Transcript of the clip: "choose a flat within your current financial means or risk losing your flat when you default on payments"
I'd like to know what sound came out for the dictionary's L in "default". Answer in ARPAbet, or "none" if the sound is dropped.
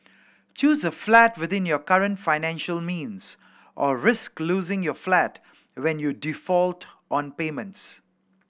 L